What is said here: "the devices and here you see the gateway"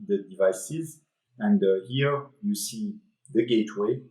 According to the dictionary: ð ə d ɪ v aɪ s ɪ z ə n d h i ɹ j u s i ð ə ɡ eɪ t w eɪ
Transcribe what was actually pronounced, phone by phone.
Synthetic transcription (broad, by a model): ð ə d ɪ v aɪ s ɪ z ə n d h i ɹ j u s i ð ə ɡ eɪ t w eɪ